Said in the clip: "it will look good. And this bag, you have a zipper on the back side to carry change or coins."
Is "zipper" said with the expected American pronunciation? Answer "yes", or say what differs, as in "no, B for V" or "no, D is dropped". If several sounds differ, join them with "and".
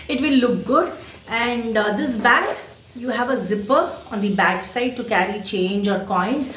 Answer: yes